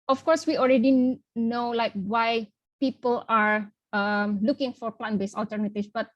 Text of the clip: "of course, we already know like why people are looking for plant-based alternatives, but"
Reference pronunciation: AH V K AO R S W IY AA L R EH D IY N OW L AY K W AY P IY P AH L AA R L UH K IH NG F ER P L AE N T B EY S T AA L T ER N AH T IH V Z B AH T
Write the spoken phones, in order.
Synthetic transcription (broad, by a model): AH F K AO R S W IY AA L R EH D IY N OW L AY K W AY P IY P AH L AA R L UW K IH NG F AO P L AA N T B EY S AA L T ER N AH T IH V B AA T